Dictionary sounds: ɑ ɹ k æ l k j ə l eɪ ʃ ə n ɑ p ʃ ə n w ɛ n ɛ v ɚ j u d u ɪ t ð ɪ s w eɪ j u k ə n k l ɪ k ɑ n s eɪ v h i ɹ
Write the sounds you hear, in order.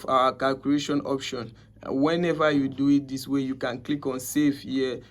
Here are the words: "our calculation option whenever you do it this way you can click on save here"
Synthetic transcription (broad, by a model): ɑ k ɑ l k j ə l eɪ ʃ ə n ɑ p ʃ ə n w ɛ n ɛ v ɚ j u d u ɪ t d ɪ s w eɪ j u k ə n k l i k ɑ n s eɪ f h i